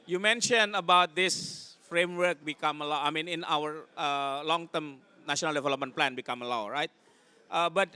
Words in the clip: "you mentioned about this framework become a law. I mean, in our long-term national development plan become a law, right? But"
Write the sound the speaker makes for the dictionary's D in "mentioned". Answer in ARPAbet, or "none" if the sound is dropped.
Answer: none